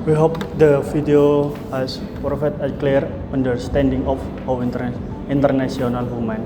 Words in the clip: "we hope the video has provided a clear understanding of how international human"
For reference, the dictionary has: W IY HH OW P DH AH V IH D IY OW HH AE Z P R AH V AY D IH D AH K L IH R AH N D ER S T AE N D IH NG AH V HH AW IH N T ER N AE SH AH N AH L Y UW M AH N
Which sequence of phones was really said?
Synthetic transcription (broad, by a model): W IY HH OW P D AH F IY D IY OW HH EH S P R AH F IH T AH K L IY R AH N D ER S T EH N D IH NG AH F HH AW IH N T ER N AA S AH N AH L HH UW M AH N